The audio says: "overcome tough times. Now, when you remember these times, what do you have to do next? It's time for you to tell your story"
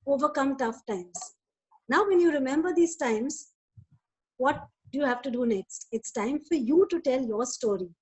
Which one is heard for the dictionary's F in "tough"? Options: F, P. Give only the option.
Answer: F